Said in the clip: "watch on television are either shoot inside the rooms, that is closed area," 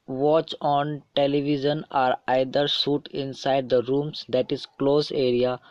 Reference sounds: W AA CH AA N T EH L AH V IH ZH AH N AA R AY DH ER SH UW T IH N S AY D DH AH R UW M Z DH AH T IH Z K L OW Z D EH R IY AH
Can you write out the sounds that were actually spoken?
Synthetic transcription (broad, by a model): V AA CH AA N T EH L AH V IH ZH AH N AA R AY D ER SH UW T IH N S AY D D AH R UW M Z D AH T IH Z K L OW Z EH R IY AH